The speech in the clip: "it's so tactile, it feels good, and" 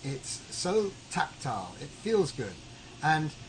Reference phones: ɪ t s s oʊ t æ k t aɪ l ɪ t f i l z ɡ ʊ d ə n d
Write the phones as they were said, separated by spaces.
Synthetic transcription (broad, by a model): ɪ t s s oʊ t æ k t aɪ l ɪ t f i l z ɡ ʊ d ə n